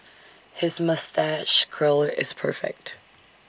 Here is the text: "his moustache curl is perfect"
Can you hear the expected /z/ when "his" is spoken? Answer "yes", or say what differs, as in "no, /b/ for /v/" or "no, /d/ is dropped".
yes